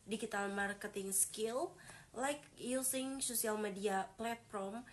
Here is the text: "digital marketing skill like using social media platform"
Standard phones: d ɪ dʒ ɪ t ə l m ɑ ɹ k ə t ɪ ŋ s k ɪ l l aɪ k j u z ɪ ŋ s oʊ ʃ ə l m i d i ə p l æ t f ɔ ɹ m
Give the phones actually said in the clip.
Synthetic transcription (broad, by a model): d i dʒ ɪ t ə l m ɑ ɹ k ə t ɪ ŋ s k ɪ l l aɪ k j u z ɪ ŋ s oʊ s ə l m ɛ d i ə p l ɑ t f ɔ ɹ m